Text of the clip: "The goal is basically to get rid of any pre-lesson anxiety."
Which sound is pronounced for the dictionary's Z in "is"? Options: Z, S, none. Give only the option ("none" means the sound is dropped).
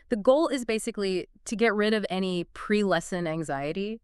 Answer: Z